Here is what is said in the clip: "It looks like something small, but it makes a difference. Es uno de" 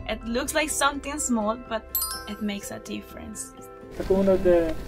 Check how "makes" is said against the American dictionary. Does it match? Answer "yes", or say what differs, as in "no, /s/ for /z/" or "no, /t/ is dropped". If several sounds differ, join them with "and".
yes